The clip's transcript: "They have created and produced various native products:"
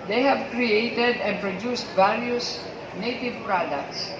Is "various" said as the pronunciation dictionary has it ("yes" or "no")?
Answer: no